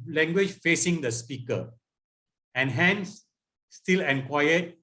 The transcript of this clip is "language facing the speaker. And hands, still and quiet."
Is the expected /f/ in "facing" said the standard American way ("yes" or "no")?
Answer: yes